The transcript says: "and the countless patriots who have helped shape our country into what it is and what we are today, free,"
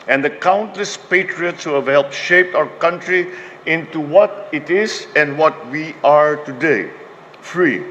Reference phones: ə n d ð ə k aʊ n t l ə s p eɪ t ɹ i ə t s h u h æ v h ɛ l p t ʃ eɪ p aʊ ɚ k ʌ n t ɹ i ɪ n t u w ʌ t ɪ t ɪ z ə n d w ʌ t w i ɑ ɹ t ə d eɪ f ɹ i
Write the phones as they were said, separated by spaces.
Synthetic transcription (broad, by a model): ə n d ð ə k aʊ n t l ə s p eɪ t ɹ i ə t s h u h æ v h ɛ l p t ʃ eɪ p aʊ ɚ k ʌ n t ɹ i ɪ n t u w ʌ t ɪ t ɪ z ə n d w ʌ t w i ɑ ɹ t ə d eɪ f ɹ i